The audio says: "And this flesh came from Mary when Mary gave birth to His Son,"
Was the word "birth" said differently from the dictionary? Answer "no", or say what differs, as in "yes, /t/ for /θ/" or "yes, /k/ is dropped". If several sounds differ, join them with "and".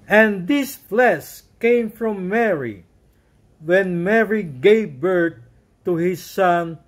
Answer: yes, /t/ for /θ/